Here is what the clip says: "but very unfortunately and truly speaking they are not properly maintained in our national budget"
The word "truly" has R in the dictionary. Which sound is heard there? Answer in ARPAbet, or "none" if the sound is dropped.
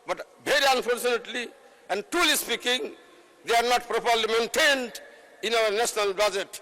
none